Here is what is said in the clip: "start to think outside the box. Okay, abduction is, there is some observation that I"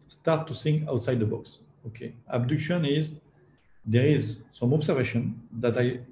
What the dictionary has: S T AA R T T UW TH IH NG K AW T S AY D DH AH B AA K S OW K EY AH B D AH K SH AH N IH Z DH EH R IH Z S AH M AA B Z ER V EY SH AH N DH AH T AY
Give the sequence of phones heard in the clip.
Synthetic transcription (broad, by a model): S T AA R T T UW S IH NG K AW T S AY D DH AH B AA K S OW K EY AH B D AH K SH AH N IH Z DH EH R IH Z S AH M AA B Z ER V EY SH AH N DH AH T AY